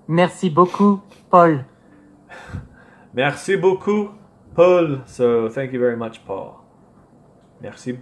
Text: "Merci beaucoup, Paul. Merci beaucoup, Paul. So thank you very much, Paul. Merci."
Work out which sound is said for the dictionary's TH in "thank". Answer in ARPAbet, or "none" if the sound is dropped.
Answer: TH